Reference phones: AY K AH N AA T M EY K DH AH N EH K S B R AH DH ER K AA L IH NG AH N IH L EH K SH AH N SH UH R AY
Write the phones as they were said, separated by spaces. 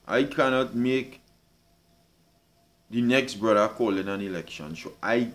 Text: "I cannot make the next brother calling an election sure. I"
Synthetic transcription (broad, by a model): AY K AH N AA T M EY K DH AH N EH K S B R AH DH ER K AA L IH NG AH N IH L EH K SH AH N S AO AY